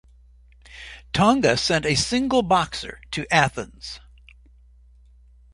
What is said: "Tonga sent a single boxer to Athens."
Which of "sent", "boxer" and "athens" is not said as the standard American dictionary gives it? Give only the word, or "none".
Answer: none